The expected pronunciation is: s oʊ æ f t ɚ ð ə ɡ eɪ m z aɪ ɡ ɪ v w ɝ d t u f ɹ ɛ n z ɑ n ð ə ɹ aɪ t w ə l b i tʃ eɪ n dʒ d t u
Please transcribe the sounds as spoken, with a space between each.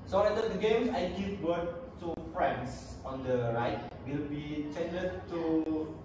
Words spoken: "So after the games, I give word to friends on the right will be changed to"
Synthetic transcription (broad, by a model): s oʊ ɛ t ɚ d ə ɡ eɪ m s aɪ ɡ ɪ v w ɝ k t u f ɹ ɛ n s ɑ n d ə ɹ aɪ t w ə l b i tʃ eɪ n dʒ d t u